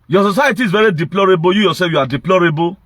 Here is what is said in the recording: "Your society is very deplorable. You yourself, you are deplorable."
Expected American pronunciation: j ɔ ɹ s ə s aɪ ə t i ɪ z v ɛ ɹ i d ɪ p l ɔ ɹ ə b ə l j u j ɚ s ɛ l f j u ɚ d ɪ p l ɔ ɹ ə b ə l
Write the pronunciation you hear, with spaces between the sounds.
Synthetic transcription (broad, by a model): j ɔ s ə s aɪ ə t i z v ɛ ɹ i d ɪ p l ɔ ɹ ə b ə j u j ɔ s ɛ f j u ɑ d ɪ p l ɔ ɹ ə b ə